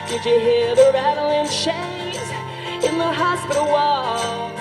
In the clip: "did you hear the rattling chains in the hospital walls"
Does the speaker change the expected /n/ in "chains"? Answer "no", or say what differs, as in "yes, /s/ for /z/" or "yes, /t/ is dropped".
yes, /n/ is dropped